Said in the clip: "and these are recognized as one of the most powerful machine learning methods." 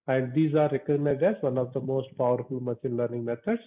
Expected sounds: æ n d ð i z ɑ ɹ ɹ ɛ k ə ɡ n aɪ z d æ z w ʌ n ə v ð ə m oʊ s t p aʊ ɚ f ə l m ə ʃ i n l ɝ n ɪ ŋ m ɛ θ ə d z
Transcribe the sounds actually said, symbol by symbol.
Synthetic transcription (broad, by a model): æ n d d i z ɑ ɹ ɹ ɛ k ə ɡ n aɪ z d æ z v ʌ n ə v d ə m oʊ s t p aʊ ɚ f ə l m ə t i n l ɝ n ɪ ŋ m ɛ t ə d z